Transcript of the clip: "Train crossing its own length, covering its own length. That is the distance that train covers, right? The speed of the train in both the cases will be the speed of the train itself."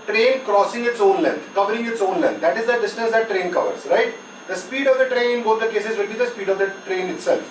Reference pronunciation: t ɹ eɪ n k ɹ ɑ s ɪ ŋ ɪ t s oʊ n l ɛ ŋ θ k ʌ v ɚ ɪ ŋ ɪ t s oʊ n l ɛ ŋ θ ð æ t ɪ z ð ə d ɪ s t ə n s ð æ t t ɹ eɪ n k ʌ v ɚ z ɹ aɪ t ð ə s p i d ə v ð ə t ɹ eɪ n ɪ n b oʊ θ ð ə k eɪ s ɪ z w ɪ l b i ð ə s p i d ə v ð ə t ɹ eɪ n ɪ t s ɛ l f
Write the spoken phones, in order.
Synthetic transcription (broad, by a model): t ɹ eɪ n k ɹ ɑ s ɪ ŋ ɪ t s oʊ n l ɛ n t k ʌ v ɚ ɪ ŋ ɪ t s oʊ n l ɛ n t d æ t ɪ z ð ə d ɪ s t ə s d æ t t ɹ eɪ n k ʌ v ɚ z ɹ aɪ t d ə s p i d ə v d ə t ɹ eɪ n ɪ n b oʊ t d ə k eɪ s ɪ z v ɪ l b i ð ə s p i d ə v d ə t ɹ eɪ n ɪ t s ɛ l f